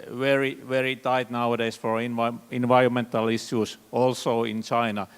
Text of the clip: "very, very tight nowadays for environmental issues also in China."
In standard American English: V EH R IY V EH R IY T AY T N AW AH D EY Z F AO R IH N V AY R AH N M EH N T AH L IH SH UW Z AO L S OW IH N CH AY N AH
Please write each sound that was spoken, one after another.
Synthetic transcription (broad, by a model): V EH R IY V EH R IY T AY T N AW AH D EY S F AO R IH N V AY R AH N M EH N T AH L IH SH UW S AO L S OW IH N CH AY N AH